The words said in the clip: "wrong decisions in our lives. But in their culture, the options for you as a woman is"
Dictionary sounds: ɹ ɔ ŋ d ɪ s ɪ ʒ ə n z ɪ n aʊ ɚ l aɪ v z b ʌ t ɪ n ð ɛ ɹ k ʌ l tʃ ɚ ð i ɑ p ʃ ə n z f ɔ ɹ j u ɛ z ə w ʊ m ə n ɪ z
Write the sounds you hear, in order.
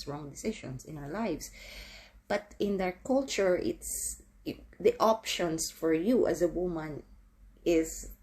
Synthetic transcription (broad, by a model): ɹ ɔ ŋ d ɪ s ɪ ʃ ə n s ɪ n aʊ ɚ l aɪ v s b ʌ t ɪ n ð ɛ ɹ k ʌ l tʃ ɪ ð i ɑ p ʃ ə n s f ɔ ɹ j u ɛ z ə w ʊ m ə n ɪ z